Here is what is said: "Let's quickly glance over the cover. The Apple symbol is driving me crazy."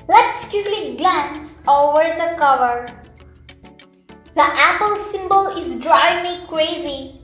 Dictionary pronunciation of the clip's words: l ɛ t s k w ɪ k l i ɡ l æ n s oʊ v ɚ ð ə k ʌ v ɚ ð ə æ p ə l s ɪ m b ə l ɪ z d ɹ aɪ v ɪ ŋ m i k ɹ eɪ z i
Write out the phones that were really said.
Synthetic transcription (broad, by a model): l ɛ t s k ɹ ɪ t l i ɡ l æ n s oʊ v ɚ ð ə k ʌ v ɚ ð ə æ p ə l s ɪ m b ə l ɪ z d ɹ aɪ ɪ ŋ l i k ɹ eɪ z i